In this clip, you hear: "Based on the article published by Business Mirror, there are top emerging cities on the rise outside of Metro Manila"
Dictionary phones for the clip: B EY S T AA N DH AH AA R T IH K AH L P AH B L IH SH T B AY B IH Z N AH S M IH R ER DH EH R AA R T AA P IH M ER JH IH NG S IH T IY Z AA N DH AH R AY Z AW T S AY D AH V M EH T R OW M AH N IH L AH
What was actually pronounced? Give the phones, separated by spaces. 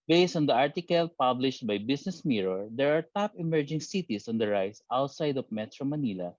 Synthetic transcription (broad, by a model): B EY S T AA N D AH AA R T IH K AH L P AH B L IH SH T B AY B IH S N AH S M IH R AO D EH R AA R T AA P IH M ER JH IH NG S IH T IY S AA N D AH R AY S AW T S AY D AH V M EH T R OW M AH N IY L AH